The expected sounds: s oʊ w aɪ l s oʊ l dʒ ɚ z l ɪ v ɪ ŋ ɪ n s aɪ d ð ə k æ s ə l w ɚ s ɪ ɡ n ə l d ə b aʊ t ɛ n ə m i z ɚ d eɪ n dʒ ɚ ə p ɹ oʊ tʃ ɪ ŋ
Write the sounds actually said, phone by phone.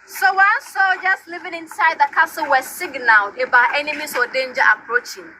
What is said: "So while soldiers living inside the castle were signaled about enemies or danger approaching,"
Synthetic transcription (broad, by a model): s oʊ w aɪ s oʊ dʒ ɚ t l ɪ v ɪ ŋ ɪ n s aɪ d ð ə k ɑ s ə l w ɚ s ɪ ɡ n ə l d ə b aʊ t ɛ n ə m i s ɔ d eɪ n dʒ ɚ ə p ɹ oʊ tʃ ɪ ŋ